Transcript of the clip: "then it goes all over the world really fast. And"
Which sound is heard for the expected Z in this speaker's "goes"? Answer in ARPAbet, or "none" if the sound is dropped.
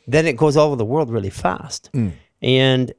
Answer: Z